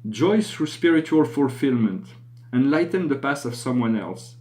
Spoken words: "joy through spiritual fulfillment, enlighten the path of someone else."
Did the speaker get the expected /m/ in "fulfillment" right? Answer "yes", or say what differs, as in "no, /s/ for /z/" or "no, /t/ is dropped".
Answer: yes